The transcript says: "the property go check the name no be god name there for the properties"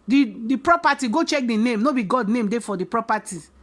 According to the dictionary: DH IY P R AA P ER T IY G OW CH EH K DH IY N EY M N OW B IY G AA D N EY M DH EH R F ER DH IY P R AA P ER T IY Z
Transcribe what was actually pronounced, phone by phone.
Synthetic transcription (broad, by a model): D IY P R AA P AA T IY G OW CH EH K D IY N EY M N OW B IY G AA D N EY M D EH F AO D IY P R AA P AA T IY